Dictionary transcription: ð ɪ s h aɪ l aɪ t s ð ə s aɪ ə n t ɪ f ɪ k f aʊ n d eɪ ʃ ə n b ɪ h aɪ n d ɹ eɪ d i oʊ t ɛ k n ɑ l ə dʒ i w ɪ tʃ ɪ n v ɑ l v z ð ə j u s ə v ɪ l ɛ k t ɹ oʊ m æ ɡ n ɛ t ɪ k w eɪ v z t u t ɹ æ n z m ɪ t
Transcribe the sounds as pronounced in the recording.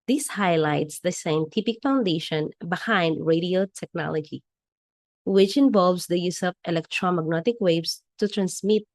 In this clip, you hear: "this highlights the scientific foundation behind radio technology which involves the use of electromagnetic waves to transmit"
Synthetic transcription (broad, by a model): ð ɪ s h aɪ l aɪ t s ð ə s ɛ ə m t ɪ p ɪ k f aʊ n d eɪ ʃ ə n b ɪ h aɪ n d ɹ eɪ d i oʊ t ɛ k n ɑ l ə dʒ i w ɪ tʃ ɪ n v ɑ l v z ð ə j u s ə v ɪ l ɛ k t ɹ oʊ m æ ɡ n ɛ t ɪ k w eɪ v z t u t ɹ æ n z m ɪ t